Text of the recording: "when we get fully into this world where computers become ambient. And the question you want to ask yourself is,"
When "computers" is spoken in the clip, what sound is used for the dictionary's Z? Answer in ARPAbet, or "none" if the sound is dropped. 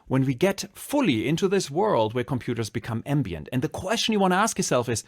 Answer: Z